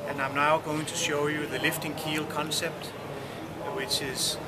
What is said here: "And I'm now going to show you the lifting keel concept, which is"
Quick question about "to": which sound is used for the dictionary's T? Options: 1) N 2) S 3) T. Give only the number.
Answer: 3